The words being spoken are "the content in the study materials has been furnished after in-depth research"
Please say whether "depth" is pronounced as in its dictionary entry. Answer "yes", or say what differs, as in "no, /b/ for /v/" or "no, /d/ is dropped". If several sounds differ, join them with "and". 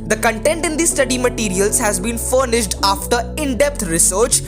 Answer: no, /t/ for /θ/